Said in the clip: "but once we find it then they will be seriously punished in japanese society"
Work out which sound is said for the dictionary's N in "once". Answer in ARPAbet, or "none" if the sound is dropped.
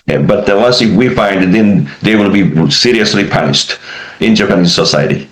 L